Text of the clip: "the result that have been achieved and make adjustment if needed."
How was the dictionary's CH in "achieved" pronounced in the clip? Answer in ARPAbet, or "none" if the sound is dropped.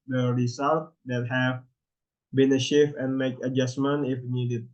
SH